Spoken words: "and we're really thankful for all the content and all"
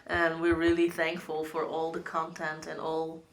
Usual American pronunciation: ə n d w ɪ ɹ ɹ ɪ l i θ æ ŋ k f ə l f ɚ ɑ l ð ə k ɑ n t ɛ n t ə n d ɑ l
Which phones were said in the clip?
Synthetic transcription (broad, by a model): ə n w ɪ ɹ ɹ ɪ l i θ æ ŋ k f ə l f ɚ ɑ l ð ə k ɑ n t ɛ n t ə n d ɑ l